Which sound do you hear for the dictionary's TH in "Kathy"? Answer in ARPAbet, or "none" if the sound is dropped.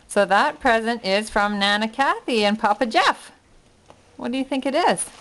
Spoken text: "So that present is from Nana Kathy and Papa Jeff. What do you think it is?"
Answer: TH